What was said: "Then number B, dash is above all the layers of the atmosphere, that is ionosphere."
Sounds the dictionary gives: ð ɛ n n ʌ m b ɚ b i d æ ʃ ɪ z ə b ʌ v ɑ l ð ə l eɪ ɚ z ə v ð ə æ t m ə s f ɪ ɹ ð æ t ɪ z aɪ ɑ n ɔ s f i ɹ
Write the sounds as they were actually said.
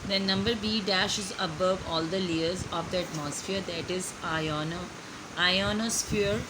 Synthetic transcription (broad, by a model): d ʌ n n ʌ m b ɚ b i d æ ʃ ɪ z ə b ʌ v ɑ l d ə l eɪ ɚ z ə v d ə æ t m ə s f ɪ ɹ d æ t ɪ z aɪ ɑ n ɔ s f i ɹ